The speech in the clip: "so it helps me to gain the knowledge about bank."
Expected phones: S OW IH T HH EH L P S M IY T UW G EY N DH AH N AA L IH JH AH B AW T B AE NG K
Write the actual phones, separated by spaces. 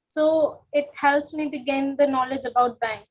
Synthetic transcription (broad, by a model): S OW IH T HH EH L S M IY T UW G EY N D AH N AA L IH JH AH B AW T B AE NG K